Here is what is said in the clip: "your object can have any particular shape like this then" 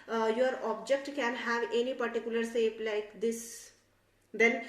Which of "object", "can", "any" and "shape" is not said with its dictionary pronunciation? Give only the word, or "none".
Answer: shape